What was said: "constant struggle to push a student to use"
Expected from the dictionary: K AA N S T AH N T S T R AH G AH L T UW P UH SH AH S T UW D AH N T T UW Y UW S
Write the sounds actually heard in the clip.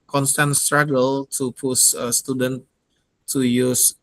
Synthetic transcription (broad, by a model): K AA N S T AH N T S T R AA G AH L T UW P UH S AH S T UW D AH N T T UW Y UW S